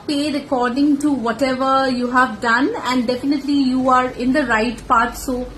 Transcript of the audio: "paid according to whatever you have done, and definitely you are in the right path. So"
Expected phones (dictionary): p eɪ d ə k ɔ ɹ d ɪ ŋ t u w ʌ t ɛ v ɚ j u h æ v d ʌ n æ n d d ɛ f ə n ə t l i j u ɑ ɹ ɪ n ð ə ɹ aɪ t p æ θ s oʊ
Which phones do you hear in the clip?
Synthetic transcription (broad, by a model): p eɪ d ə k ɔ ɹ d ɪ ŋ t u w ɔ t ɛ v ɚ j u h æ v d ʌ n æ n d d ɛ f ə n ə t l i j u ɑ ɹ ɪ n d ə ɹ aɪ t p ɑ t s oʊ